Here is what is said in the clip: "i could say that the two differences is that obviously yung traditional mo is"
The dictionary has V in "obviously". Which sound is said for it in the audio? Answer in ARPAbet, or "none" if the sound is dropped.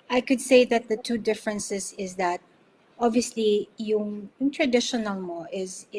V